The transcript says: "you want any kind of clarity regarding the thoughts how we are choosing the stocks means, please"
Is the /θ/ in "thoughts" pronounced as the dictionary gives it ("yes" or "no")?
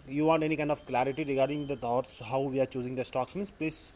no